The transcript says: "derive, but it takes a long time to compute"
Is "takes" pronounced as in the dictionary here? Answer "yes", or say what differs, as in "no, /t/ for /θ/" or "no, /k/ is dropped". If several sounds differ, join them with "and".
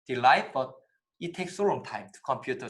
yes